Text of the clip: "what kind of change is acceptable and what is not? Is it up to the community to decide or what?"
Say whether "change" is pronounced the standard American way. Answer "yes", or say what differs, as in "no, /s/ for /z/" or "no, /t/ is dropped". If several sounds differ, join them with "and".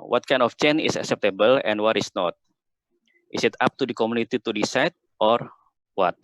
no, /dʒ/ is dropped